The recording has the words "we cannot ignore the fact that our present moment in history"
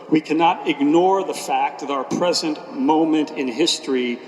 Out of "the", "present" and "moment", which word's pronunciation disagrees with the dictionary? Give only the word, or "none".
none